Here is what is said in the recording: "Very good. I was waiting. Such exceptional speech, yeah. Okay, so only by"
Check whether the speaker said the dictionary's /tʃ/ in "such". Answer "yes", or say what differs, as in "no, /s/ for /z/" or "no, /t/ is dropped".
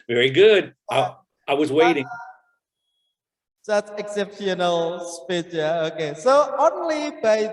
no, /s/ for /tʃ/